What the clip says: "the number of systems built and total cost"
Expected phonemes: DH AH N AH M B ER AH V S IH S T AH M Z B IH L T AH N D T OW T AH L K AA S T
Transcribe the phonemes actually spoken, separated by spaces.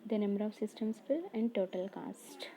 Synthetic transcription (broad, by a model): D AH N AH M B ER AH V S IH S T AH M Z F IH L AH N D T OW T AH L K AA S T